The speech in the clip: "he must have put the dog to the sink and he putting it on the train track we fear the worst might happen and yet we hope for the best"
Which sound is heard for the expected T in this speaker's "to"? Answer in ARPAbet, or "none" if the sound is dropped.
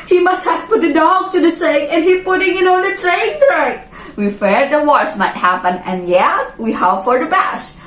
T